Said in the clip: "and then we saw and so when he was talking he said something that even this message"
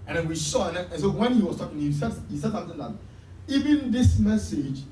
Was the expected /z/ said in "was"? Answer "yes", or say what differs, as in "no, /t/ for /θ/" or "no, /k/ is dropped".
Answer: no, /s/ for /z/